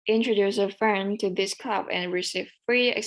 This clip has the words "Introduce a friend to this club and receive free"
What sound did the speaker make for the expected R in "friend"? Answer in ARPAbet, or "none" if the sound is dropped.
none